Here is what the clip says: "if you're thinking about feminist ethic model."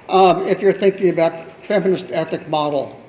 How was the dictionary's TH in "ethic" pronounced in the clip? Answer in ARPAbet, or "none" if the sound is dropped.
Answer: TH